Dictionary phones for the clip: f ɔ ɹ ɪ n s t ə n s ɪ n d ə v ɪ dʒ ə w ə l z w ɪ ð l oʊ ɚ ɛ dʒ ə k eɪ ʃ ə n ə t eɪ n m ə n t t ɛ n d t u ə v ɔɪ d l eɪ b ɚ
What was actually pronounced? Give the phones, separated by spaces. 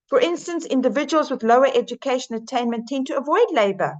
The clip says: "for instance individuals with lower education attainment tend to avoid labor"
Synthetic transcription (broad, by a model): f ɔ ɹ ɪ n s t ə n s ɪ n d ə v ɪ dʒ ə w ə l z w ɪ ð l oʊ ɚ ɛ dʒ ə k eɪ ʃ ə n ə t eɪ n m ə n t t ɛ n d t u ə v ɔɪ d l eɪ b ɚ